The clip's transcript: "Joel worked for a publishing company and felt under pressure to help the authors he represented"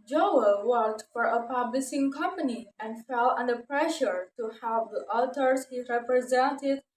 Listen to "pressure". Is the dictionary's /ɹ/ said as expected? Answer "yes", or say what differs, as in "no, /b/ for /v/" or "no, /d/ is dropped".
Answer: yes